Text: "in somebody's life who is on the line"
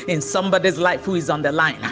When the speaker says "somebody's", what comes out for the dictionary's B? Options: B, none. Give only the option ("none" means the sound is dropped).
B